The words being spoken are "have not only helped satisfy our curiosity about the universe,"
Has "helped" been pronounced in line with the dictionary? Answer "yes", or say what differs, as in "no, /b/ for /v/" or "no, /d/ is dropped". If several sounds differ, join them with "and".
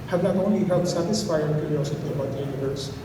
no, /p/ is dropped